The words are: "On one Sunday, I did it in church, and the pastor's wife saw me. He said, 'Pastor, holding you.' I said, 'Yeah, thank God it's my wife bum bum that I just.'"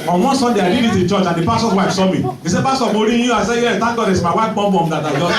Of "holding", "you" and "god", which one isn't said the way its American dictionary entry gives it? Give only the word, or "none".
holding